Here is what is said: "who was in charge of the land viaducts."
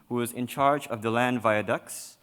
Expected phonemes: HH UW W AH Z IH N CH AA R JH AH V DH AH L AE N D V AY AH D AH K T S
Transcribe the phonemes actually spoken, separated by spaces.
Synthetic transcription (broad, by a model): HH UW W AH Z IH N CH AA R JH AH V DH AH L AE N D V AY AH D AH K S